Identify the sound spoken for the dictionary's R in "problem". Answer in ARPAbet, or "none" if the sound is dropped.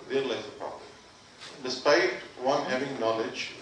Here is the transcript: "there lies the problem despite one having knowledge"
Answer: none